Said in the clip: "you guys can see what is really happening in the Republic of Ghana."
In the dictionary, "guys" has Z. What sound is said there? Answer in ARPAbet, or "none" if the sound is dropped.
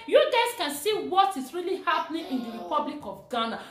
S